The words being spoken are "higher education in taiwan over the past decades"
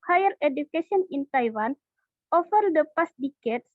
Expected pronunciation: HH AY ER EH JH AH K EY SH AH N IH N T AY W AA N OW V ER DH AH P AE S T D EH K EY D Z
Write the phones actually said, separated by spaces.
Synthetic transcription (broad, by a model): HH AY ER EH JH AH K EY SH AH N IH N T AY W AA N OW F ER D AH P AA S T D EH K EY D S